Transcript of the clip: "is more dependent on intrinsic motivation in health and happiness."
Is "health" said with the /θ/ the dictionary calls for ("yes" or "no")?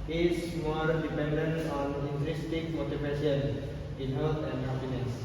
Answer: no